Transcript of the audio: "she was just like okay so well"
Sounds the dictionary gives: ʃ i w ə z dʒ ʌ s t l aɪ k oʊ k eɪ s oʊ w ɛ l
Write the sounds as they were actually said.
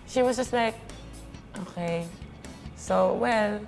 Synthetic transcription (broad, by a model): ʃ i w ə z dʒ ʌ s t l aɪ k oʊ k eɪ s oʊ w ɛ l